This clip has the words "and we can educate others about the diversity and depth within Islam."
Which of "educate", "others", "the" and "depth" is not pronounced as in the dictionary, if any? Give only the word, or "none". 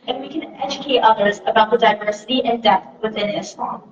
depth